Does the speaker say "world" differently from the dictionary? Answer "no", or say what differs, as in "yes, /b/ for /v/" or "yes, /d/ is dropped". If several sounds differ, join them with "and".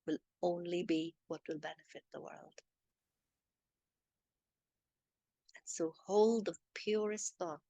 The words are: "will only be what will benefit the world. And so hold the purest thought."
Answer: no